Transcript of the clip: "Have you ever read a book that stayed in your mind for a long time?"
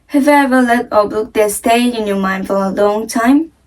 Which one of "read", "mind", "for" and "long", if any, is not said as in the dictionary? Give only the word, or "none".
read